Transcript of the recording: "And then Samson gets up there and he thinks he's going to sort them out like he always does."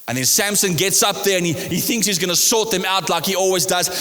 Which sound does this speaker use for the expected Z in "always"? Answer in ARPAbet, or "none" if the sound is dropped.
Z